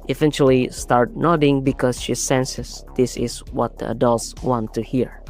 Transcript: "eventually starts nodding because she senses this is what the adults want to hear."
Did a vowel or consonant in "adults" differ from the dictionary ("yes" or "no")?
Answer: no